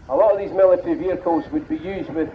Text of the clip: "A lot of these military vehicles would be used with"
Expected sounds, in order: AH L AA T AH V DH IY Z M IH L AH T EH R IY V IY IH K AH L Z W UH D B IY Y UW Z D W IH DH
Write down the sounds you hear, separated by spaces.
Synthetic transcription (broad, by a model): AH L AA T AH V DH IY Z M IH L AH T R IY V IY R K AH Z W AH D B IY Y UW Z D W IH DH